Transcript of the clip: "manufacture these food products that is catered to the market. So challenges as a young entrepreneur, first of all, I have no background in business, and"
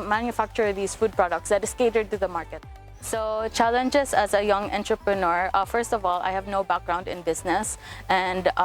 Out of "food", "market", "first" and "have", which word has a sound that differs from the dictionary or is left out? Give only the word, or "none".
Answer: none